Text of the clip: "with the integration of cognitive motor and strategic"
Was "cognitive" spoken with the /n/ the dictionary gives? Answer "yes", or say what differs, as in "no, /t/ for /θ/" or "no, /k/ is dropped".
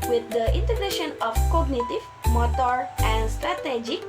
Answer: yes